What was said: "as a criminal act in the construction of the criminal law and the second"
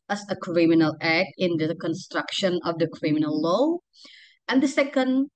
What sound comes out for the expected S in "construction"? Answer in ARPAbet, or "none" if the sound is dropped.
S